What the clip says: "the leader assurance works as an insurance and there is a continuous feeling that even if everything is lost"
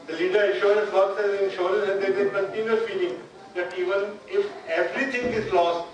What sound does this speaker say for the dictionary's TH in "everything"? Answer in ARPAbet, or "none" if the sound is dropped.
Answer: T